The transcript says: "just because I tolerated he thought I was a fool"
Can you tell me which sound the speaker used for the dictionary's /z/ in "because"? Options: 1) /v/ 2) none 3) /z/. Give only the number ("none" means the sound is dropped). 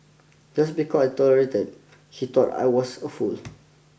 2